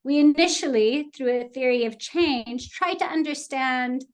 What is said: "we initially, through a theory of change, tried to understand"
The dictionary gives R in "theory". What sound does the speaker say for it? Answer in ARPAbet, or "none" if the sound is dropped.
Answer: R